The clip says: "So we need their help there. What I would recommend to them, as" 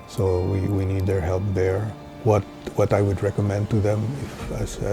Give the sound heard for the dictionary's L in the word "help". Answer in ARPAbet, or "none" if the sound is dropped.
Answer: L